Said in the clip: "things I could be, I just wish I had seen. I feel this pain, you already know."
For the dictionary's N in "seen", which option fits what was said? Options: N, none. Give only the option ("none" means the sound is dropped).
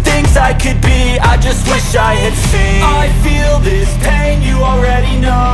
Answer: none